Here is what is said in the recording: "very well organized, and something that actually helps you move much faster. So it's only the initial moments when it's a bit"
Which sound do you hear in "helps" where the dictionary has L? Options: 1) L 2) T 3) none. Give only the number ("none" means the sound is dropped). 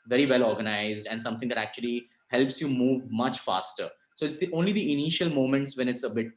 1